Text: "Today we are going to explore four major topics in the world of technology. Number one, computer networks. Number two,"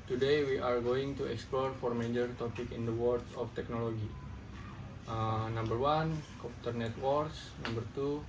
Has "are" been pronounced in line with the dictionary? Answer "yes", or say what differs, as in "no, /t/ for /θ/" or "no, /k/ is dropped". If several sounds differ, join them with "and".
yes